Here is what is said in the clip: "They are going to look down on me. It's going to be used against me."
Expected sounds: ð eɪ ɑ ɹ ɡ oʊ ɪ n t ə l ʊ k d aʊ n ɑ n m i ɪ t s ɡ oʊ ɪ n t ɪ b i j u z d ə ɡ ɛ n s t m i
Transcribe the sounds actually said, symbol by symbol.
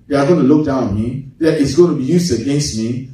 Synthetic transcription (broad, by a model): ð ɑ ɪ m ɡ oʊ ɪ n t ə l ʊ k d aʊ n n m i ɪ t s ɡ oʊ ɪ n t ɪ b i j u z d ə ɡ ɛ n s t m i